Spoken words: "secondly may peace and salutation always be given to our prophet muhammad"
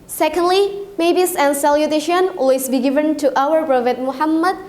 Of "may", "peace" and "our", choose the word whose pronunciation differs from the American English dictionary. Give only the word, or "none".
peace